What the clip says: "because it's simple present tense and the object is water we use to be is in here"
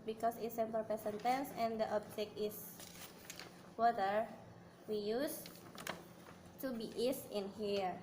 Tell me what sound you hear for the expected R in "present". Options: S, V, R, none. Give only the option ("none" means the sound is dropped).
none